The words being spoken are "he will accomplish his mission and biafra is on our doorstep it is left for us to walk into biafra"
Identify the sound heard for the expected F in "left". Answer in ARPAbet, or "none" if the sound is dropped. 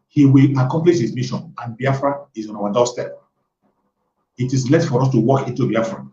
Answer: none